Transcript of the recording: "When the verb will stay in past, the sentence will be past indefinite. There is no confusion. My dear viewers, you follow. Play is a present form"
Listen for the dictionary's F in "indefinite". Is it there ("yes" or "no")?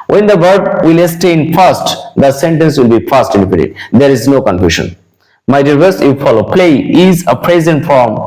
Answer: no